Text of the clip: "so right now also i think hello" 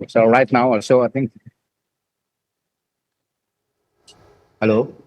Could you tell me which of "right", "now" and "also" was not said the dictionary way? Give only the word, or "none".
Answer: also